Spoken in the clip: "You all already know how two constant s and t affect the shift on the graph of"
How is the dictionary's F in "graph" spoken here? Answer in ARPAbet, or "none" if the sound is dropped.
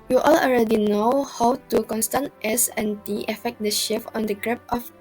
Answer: P